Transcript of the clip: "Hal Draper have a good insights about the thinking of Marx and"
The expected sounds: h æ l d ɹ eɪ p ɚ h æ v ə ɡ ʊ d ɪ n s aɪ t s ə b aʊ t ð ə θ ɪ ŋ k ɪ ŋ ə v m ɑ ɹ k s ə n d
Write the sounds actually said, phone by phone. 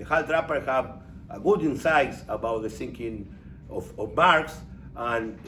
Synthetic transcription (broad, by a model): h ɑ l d ɹ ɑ p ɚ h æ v ə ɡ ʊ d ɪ n s aɪ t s ə b aʊ t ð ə s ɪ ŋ k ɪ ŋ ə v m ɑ ɹ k s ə n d